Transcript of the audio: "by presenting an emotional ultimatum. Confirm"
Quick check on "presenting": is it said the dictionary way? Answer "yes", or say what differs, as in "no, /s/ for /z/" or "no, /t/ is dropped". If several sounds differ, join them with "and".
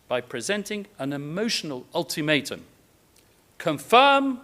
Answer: yes